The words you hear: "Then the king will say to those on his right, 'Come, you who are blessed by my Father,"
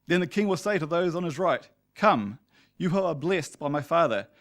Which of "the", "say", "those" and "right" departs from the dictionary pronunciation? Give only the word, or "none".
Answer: none